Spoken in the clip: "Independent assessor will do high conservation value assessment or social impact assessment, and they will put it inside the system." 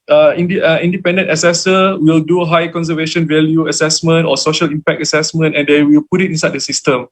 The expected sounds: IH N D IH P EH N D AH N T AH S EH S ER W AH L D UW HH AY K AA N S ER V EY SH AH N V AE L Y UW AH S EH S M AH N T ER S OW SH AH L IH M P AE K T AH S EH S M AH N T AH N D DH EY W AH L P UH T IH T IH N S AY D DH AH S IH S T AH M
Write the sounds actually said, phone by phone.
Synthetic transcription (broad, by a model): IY N D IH P EH N D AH N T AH S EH S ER W AH L D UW HH AY K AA N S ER V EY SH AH N V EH L Y UW AH S EH S M AH N T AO S OW SH AH L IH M P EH K T AH S EH S M AH N T AH N D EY W AH L P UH T IH T IH N S AY D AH S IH S T AH M